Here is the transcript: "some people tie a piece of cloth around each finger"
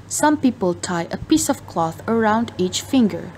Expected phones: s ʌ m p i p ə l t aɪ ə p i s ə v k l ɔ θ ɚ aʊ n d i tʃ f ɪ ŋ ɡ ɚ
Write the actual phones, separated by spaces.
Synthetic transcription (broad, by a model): s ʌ m p i p ə l t aɪ ə p i s ə v k l ɔ θ ɚ aʊ n d i tʃ f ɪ ŋ ɡ ɚ